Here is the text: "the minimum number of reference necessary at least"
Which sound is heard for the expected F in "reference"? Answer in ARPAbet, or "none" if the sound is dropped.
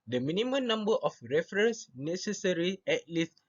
F